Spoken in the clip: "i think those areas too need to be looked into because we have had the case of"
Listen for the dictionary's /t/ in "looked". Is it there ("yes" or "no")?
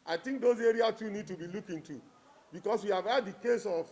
no